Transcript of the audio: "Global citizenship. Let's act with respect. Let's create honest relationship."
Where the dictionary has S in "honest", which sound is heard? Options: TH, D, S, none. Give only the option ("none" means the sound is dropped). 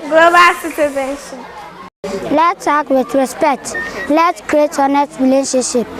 none